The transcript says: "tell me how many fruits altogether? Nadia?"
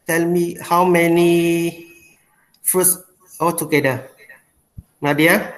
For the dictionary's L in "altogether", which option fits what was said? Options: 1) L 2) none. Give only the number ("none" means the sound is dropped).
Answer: 2